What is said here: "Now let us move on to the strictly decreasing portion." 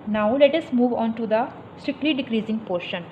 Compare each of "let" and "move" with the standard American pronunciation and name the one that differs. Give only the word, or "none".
none